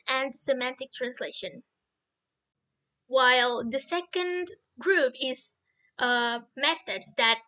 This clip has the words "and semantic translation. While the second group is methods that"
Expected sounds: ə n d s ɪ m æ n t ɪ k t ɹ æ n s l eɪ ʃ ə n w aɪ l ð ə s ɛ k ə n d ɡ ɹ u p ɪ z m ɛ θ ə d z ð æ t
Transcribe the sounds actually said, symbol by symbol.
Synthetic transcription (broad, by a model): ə n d s ɪ m æ n t ɪ k t ɹ æ n s l eɪ ʃ ə n w aɪ l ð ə s ɛ k ə n d ɡ ɹ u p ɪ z m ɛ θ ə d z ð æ t